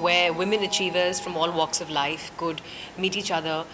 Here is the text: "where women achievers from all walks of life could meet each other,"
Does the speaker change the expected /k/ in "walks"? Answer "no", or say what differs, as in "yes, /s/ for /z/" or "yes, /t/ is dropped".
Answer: no